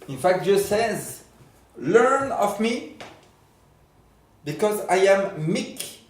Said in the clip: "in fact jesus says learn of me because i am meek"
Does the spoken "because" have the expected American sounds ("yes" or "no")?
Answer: yes